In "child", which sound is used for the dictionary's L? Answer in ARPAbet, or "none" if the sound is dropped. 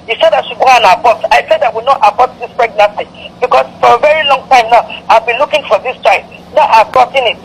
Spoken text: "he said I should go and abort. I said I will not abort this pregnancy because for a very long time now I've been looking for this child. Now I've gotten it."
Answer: none